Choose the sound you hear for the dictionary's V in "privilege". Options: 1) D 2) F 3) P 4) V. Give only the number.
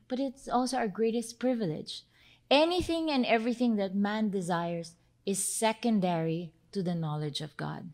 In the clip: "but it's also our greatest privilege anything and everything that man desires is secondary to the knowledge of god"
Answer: 4